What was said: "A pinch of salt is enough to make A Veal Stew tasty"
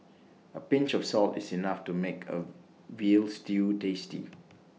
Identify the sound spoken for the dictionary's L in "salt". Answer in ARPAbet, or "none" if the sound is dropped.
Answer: L